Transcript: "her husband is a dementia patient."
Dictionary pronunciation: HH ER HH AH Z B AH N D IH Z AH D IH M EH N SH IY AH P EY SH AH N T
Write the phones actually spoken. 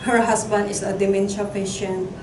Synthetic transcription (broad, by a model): HH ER HH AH S B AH N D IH S AH D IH M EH N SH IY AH P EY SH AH N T